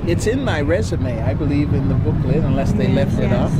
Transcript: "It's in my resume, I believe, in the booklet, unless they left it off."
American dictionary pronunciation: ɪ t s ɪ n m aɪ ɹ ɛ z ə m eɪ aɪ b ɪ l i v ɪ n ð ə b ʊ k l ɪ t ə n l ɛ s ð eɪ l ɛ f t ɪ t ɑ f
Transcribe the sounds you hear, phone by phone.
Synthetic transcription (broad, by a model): ɪ t s ɪ n m aɪ ɹ ɛ z ə m eɪ aɪ b ɪ l i v ɪ n ð ə b ʊ k l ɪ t ə n l ɛ s ð eɪ l ɛ f t ɪ t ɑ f